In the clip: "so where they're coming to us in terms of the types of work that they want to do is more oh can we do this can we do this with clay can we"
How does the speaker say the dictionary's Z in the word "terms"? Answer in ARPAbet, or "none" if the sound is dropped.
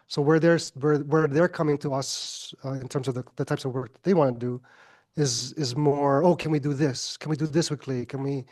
Z